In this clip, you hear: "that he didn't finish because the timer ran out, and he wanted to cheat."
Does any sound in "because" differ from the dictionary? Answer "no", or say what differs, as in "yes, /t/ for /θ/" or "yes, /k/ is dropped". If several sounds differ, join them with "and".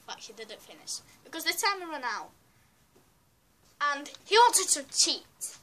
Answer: no